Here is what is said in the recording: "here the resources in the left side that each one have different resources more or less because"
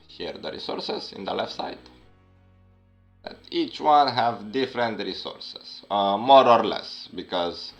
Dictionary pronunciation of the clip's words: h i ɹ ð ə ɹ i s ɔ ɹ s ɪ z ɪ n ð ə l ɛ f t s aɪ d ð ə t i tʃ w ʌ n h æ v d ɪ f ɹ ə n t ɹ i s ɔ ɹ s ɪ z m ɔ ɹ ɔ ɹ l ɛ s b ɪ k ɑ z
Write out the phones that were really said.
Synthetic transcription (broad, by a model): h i ɹ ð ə ɹ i s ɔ ɹ s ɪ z ɪ n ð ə l ɛ f t s aɪ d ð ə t i tʃ w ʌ n h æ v d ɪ f ɹ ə n t ɹ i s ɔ ɹ s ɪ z m ɔ ɹ ɔ ɹ l ɛ s b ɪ k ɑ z